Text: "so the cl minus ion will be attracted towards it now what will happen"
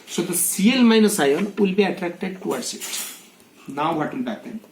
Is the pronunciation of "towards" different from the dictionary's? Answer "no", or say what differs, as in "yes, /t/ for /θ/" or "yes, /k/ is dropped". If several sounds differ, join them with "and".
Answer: yes, /s/ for /z/